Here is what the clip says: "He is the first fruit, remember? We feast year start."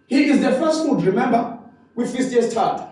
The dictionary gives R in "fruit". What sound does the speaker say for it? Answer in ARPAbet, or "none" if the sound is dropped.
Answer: none